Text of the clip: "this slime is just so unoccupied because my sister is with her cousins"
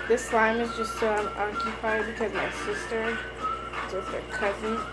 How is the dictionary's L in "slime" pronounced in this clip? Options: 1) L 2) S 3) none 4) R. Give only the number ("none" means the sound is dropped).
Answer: 1